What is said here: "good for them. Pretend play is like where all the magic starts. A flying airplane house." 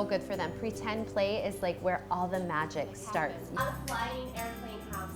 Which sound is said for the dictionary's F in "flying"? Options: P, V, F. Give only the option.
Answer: P